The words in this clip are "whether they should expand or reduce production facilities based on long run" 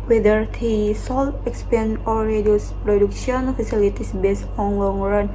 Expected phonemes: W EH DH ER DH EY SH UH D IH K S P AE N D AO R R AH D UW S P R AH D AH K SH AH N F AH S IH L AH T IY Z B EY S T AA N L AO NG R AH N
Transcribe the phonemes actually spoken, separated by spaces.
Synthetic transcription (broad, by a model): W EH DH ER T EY S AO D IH K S P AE N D AO R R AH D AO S P R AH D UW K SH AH N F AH S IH L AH T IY S B EY S T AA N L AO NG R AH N